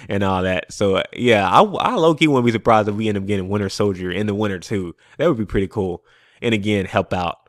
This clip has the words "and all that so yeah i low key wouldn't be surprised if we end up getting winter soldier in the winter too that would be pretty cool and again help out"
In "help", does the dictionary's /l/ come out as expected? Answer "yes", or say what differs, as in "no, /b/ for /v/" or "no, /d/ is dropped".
yes